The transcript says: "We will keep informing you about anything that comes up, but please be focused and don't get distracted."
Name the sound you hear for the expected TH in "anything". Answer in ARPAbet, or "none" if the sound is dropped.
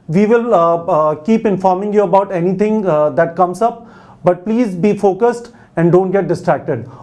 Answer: T